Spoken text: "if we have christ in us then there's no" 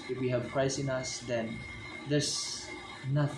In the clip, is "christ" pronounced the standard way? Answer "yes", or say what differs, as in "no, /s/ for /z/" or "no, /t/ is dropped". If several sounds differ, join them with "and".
no, /t/ is dropped